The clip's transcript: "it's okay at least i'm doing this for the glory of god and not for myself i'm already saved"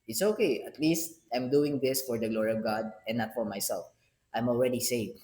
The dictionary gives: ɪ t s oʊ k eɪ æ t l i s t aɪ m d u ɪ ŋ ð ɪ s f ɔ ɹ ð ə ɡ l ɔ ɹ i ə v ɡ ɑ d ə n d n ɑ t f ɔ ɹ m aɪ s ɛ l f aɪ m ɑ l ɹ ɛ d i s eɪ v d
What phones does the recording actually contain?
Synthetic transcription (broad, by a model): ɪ t s oʊ k eɪ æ t l i s t aɪ m d u ɪ ŋ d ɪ s f ɔ ɹ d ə ɡ l ɔ ɹ i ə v ɡ ɑ d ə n n ɑ t f ɔ ɹ m aɪ s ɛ l f aɪ m ɑ l ɹ ɛ d i s eɪ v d